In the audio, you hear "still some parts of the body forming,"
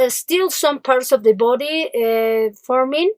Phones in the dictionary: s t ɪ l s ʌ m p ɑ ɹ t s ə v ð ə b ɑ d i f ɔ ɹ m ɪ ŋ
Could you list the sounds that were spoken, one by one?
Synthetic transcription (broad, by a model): s t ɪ l s ʌ m p ɑ ɹ t s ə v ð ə b ɑ d i f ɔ ɹ m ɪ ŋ